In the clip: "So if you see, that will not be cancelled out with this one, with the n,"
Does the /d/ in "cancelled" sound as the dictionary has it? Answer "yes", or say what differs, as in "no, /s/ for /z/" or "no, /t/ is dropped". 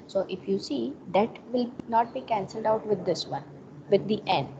yes